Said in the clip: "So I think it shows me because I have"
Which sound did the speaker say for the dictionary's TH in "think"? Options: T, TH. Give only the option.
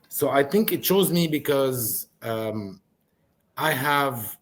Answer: TH